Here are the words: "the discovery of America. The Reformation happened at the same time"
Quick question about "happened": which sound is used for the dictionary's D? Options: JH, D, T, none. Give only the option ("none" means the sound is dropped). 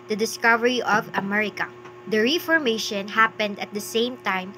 D